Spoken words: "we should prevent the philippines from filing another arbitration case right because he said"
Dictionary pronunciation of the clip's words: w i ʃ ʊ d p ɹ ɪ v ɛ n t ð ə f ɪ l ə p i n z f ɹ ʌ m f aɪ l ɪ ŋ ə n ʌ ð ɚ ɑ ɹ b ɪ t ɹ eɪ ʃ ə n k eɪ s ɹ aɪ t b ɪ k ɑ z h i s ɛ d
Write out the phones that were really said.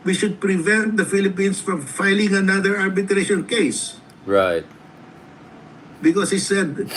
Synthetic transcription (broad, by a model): w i ʃ ʊ d p ɹ ɪ v ɛ n t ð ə f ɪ l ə p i n s f ɹ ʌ m f aɪ l ɪ ŋ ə n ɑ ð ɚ ɑ ɹ b ɪ t ɹ eɪ ʃ ə n k eɪ s ɹ aɪ t b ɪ k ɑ s h i s ɛ d